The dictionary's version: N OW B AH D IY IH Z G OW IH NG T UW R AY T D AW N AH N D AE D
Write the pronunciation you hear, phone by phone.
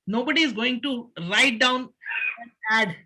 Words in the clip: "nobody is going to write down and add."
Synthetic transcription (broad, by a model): N OW B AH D IY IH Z G OW IH NG T UW R AY T D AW AH N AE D